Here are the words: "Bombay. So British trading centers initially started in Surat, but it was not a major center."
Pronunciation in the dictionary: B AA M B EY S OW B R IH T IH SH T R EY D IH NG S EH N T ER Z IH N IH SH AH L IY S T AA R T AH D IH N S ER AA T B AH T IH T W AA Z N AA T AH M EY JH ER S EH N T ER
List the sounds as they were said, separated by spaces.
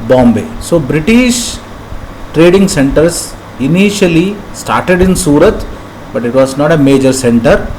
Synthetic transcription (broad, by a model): B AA M B EY S OW B R IH T IH SH T R EY D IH NG S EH N T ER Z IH N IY SH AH L IY S T AA R T AH D IH N S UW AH T B AH T IH T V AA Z N AA T AH M EY JH ER S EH N T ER